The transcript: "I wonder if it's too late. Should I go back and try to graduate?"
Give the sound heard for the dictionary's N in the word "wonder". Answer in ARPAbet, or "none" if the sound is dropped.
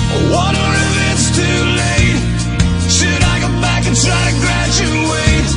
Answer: none